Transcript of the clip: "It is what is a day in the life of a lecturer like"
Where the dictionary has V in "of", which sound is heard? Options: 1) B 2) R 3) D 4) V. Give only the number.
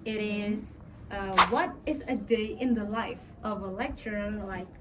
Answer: 4